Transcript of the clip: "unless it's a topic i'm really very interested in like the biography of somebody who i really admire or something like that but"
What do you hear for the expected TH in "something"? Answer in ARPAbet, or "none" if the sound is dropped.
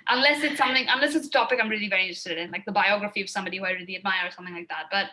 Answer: TH